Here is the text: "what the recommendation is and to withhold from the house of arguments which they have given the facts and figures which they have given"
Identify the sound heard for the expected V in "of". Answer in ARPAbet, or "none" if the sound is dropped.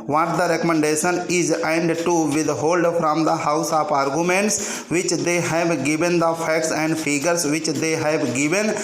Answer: P